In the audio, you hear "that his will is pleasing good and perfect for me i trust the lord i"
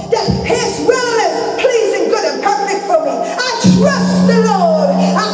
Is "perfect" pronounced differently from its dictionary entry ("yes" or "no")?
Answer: yes